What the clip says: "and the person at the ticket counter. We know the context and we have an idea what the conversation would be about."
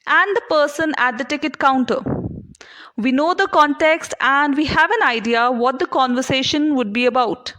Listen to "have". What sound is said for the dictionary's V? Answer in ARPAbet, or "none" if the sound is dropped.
V